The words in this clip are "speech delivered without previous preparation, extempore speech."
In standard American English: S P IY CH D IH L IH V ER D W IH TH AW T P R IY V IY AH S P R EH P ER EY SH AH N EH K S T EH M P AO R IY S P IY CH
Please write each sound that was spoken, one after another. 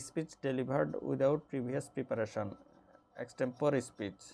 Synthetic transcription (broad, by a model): S P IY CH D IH L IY B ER D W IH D AW T P R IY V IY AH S P R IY P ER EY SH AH N EH K S T EH M P AO R IY S P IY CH